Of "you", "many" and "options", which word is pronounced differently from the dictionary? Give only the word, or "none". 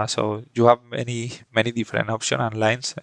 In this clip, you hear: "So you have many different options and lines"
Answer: options